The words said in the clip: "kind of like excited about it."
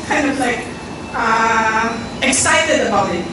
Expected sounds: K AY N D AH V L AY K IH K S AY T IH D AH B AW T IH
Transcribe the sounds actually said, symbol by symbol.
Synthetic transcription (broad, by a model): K AY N D AH V L AY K IH K S AY T IH D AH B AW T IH